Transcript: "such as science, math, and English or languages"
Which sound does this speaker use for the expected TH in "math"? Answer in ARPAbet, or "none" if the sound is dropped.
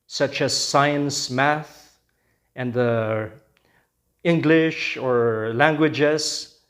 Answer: TH